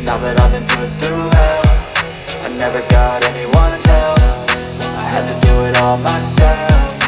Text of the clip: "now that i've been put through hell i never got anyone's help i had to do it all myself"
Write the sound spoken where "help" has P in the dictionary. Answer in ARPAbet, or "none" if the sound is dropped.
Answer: F